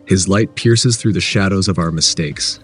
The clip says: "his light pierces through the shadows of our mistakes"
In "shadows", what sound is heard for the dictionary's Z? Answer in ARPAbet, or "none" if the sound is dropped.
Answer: Z